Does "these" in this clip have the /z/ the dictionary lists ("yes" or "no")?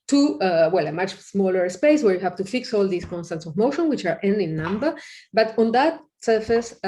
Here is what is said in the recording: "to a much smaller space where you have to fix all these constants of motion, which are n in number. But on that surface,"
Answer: no